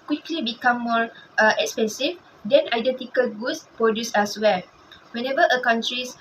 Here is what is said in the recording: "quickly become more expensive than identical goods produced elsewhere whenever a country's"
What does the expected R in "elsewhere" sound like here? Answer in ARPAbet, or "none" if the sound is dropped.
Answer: L